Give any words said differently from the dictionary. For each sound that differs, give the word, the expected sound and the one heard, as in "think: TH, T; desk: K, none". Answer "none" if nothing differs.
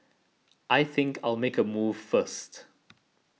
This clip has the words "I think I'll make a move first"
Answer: none